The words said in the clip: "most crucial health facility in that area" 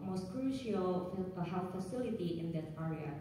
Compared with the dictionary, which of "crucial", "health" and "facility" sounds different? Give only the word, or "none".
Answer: health